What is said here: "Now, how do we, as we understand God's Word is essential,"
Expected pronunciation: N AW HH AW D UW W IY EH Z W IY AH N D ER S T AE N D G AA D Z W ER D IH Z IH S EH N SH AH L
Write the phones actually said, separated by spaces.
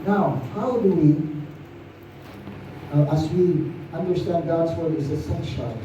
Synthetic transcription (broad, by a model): N AW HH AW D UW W IY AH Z W IY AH N D ER S T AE N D G AA D Z W ER D IH Z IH S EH N SH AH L